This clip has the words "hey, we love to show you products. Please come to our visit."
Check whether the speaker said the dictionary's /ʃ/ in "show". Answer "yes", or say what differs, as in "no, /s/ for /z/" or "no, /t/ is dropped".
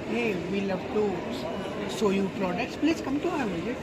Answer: no, /s/ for /ʃ/